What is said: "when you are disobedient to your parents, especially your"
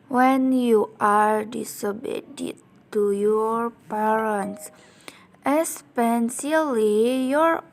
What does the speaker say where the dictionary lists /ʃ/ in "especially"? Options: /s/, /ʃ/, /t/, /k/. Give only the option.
/s/